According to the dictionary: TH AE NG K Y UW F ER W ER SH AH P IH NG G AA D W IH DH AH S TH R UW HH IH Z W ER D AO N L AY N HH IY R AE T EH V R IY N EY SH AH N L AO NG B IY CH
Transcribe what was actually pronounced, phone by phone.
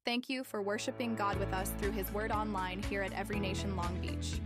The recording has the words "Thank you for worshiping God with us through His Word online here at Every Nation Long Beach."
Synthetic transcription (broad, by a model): TH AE NG K Y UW F ER W ER SH AH P IH NG G AA D W IH DH AH S TH R UW IH Z W ER D AO N L AY N HH IY R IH T EH V R IY N EY SH AH N L AO NG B IY CH